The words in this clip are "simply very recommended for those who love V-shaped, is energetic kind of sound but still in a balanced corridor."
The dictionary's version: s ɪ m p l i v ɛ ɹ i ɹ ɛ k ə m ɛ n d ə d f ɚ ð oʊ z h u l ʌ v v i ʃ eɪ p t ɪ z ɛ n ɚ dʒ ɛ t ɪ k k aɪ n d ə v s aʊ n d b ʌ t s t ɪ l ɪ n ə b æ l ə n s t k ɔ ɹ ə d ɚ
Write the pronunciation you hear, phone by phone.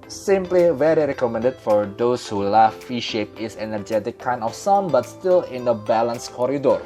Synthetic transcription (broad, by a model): s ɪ m p l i v ɛ ɹ i ɹ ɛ k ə m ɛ n d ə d f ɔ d oʊ s h u l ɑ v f i ʃ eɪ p ɪ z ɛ n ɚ dʒ ɛ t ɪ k k aɪ n ə f s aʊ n b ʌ t s t ɪ l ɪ n ə b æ l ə n s k ɔ ɹ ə d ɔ